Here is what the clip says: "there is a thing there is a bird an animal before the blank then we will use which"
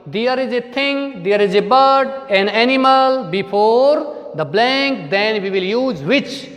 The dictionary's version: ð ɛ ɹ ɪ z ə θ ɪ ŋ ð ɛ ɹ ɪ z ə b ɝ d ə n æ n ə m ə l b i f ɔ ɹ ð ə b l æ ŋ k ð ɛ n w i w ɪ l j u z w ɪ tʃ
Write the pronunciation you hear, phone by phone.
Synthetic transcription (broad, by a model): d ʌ ɹ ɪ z ə t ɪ ŋ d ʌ ɹ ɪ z ə b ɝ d ə n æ n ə m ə l b i f ɔ ɹ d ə b l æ ŋ k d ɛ n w i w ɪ l j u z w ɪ tʃ